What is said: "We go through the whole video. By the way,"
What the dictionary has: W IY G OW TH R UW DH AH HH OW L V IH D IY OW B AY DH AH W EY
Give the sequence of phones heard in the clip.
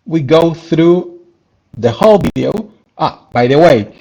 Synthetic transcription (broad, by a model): W IY G OW TH R UW DH AH HH OW L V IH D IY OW B AY DH AH W EY